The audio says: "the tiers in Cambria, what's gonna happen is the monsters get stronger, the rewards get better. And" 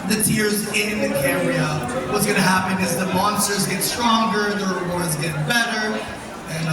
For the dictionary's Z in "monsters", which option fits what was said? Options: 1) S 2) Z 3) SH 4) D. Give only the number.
2